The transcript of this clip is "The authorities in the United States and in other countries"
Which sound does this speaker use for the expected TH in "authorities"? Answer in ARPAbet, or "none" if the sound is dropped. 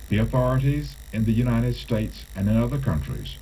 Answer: TH